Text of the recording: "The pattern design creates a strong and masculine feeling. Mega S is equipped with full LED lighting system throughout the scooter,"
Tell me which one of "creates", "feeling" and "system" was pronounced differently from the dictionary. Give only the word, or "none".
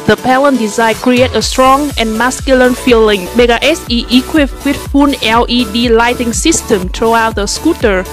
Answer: creates